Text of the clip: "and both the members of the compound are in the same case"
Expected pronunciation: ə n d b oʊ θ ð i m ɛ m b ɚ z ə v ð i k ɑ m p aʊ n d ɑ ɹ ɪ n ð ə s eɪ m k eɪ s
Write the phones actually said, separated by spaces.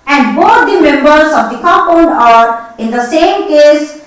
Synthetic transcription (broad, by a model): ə n d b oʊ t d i m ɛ m b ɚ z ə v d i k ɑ p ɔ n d ɑ ɹ ɪ n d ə s eɪ m k eɪ s